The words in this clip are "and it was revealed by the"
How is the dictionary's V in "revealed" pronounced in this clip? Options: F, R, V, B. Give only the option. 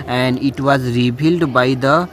B